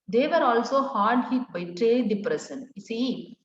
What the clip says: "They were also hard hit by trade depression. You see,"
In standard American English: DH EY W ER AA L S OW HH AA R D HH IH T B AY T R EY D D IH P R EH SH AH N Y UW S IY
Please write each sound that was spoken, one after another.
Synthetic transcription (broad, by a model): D EY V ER AA L S OW HH AA R D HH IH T B AY T R EY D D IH P R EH S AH N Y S IY